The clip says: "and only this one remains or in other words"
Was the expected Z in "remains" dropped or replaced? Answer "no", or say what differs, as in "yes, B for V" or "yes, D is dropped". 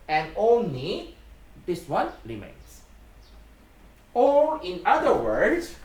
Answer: yes, S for Z